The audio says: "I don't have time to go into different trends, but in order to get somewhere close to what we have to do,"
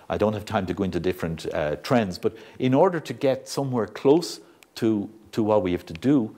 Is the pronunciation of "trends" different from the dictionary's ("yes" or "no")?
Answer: no